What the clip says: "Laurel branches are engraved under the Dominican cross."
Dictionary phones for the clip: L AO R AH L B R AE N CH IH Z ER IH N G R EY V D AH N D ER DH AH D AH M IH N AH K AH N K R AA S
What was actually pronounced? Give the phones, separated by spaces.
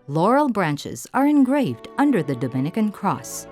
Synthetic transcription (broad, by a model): L AO R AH L B R AE N CH IH Z ER IH N G R EY V D AH N D ER DH AH D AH M IH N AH K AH N K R AA S